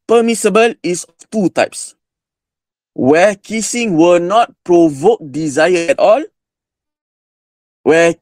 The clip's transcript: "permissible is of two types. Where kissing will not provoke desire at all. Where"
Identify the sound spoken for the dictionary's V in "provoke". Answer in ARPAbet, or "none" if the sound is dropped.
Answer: V